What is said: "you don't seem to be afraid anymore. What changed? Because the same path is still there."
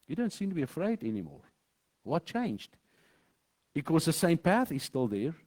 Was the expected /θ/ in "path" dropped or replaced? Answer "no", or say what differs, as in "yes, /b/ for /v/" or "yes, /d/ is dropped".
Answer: no